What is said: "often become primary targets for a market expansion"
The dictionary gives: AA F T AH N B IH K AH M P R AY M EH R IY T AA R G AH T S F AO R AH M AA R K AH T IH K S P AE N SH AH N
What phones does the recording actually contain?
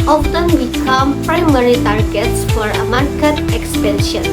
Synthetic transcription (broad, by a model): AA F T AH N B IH K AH M P R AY M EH R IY T AA R G AH T S F AO R AH M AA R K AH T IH K S P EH N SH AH N